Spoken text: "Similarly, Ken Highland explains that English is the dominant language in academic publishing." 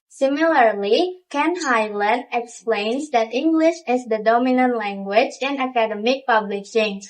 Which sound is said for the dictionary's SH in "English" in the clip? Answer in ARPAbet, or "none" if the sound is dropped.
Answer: SH